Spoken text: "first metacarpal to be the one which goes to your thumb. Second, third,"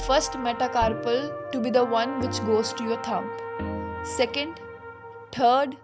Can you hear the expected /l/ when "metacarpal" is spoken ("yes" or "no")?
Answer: yes